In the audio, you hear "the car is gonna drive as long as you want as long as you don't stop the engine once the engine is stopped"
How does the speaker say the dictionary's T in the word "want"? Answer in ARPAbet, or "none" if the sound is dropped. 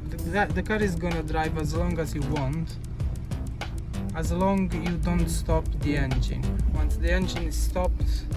T